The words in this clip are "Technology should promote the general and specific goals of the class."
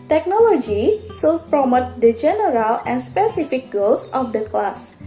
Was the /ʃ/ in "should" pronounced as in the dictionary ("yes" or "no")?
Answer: no